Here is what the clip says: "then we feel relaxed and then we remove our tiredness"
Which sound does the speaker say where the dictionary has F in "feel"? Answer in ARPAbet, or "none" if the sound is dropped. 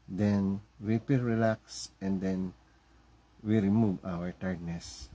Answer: P